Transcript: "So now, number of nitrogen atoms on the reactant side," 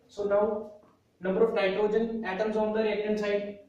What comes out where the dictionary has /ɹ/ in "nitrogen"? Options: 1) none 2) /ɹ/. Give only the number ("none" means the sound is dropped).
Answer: 1